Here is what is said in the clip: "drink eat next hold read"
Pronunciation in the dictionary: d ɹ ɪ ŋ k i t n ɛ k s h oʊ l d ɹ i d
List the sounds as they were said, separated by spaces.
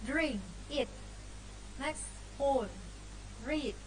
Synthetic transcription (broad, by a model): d ɹ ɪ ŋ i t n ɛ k s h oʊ d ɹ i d